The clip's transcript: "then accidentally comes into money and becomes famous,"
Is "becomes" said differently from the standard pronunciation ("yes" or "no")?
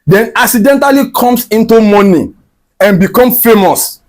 yes